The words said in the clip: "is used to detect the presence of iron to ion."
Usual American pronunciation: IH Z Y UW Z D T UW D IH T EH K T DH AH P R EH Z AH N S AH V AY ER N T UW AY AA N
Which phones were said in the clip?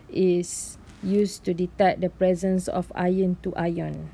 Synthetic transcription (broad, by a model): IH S Y UW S T UW D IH T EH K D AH P R EH Z AH N S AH F AY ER N T UW AY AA N